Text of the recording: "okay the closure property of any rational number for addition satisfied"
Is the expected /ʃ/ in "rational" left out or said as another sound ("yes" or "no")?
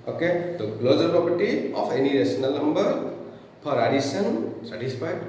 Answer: yes